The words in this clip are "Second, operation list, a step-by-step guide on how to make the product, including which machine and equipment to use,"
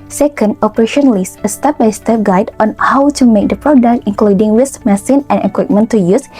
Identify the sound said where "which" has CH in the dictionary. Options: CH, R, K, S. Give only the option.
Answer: S